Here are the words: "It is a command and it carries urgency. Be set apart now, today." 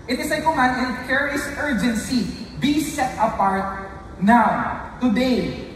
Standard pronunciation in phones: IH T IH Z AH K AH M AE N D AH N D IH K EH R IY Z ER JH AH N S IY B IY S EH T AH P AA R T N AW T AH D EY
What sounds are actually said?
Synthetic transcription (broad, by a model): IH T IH S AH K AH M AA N AH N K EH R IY S ER JH AH N S IY B IY S EH T AH P AA R T N AW T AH D EY